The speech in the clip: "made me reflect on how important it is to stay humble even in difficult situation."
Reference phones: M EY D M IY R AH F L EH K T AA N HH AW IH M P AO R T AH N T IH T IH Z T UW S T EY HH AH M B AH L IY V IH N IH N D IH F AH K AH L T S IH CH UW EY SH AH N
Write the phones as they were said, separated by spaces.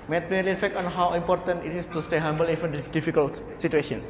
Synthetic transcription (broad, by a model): M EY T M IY L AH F EH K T AA N HH AW IH M P AO R T AH N T IH T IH S T UW S T EY HH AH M B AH L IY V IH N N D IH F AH K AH L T S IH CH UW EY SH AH N